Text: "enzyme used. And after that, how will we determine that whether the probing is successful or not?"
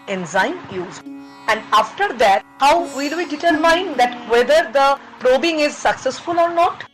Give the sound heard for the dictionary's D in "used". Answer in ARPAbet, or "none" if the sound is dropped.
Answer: none